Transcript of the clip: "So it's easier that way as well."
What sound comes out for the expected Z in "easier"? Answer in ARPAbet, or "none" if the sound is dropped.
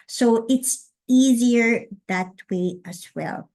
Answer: Z